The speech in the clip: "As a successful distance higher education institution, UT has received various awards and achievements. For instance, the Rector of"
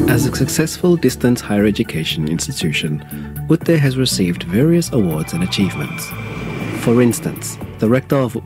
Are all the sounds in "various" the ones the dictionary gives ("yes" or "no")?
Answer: yes